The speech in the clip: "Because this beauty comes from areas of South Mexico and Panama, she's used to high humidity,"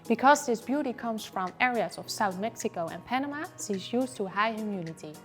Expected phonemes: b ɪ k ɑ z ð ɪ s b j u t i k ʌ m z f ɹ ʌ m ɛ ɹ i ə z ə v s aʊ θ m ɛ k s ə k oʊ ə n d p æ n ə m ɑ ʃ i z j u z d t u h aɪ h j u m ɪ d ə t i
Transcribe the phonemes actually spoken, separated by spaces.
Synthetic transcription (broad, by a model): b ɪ k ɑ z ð ɪ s b j u t i k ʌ m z f ɹ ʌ m ɛ ɹ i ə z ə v s aʊ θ m ɛ k s ə k oʊ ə n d p æ n ə m ɑ s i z j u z t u h aɪ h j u m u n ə t i